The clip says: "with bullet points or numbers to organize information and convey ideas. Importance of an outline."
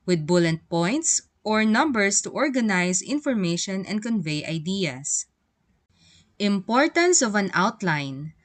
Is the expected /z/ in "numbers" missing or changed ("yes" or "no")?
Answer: yes